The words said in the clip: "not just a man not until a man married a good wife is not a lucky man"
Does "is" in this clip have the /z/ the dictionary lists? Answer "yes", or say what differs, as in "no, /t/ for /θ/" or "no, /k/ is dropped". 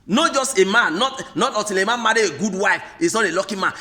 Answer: no, /s/ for /z/